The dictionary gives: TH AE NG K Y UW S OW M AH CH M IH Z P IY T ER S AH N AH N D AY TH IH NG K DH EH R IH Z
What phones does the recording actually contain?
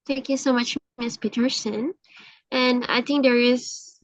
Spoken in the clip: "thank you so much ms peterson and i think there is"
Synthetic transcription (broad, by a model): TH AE NG K Y UW S OW M AH CH M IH S P IY T ER S AH N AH N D AY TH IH NG K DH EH R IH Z